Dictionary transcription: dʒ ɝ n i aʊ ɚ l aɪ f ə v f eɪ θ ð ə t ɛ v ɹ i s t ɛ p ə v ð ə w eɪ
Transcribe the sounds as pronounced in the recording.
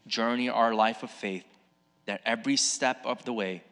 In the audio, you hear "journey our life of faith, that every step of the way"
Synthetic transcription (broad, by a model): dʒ ɝ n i aʊ ɚ l aɪ f ə v f eɪ θ ð ə t ɛ v ɹ i s t ɛ p ə v ð ə w eɪ